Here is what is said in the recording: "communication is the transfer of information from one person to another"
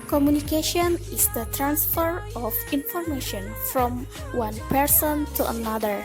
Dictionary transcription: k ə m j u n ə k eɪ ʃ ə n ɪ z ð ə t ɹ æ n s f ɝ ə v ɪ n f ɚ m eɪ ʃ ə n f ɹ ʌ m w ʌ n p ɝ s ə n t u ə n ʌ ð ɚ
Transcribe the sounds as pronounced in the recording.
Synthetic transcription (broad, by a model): k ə m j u n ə k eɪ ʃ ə n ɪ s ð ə t ɹ æ n s f ɝ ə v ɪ n f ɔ m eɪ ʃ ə n f ɹ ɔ m w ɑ n p ɝ s ə n t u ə n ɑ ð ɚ